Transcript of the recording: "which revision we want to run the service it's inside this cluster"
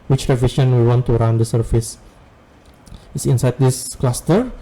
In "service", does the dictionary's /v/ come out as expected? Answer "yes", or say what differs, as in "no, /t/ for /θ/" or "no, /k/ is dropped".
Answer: no, /f/ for /v/